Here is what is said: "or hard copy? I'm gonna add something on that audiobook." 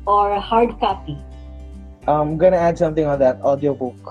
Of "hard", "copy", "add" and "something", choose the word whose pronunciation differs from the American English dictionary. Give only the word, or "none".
something